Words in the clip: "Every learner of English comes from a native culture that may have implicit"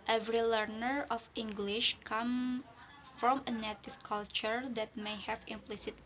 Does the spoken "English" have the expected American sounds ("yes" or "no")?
yes